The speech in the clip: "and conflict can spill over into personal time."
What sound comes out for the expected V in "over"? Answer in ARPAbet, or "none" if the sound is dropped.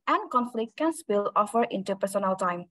F